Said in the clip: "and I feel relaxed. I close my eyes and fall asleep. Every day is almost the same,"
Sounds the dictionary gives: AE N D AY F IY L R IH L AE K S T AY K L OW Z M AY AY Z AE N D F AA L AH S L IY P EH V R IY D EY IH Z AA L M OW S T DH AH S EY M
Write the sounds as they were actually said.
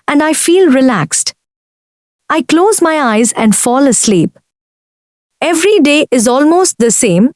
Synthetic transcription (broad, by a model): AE N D AY F IY L R IH L AE K S T AY K L OW Z M AY AY Z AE N D F AA L AH S L IY P EH V R IY D EY IH Z AA L M OW S T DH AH S EY M